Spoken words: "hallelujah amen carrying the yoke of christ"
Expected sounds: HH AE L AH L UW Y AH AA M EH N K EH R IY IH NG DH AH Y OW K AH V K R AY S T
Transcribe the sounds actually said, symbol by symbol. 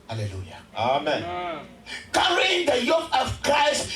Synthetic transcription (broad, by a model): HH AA L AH L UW Y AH AA M EH N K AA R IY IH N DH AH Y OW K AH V K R AY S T